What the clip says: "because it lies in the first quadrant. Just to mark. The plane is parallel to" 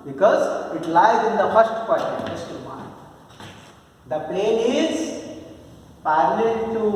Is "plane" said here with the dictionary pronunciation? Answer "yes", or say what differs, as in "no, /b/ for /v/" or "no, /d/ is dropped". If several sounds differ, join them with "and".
no, /l/ is dropped